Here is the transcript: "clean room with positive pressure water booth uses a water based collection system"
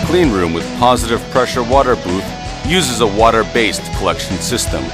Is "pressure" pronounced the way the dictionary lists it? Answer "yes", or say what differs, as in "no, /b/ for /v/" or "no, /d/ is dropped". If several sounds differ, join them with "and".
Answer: yes